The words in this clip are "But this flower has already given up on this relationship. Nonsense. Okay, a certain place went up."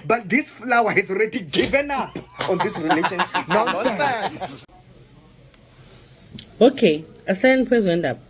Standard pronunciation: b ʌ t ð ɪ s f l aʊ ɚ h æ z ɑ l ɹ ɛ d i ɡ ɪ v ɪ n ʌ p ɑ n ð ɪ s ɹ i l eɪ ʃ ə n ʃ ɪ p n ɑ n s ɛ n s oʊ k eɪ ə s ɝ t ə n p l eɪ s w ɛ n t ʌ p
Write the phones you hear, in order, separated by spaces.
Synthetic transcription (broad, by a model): b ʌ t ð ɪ s f l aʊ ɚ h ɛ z ɑ l ɹ ɛ d i ɡ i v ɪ n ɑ p ɑ n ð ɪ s ɹ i l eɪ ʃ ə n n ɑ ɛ s oʊ k eɪ ə s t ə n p w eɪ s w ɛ n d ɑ p